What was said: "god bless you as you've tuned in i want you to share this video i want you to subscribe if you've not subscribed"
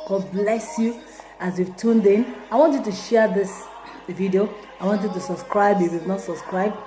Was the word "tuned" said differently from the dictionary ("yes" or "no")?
no